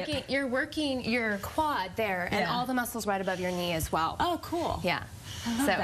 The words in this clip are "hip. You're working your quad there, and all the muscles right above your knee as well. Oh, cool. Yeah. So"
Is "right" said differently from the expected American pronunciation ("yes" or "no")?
no